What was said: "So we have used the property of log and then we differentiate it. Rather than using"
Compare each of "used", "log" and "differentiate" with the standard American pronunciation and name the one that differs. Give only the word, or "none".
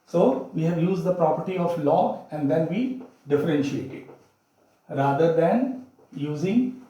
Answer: log